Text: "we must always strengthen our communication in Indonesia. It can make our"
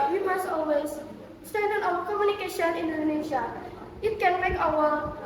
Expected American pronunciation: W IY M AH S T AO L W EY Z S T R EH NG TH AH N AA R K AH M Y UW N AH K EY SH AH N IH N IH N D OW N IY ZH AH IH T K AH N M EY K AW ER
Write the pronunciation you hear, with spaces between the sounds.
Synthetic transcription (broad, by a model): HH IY M AH S T AO L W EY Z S T EH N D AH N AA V K AH M Y UW N AH K EY SH AH N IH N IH N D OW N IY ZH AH IH T K AH N M EY K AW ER